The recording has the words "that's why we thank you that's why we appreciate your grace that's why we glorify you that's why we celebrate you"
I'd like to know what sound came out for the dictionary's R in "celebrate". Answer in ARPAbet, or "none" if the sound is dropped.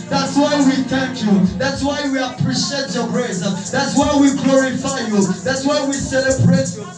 R